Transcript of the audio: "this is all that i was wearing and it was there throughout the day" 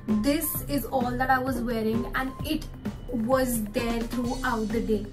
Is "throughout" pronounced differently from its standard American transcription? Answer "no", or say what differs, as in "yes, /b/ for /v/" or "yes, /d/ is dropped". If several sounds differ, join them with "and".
yes, /t/ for /θ/